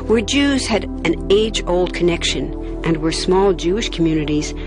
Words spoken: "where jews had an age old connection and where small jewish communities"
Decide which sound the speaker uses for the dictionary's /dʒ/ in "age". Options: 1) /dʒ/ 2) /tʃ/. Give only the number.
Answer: 1